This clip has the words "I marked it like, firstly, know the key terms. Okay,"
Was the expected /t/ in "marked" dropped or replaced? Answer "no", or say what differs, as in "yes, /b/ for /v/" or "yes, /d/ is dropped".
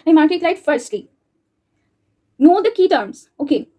yes, /t/ is dropped